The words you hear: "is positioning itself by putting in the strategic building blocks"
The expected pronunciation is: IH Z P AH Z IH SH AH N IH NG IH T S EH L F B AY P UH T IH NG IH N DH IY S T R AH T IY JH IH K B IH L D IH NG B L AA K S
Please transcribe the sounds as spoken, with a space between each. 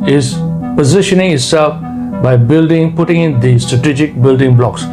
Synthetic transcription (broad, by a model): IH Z P AH Z IH SH AH N IH NG IH T S EH L F B AY P UH T IH NG IH N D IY S T R AH T IY JH IH K B IH L D IH NG B L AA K S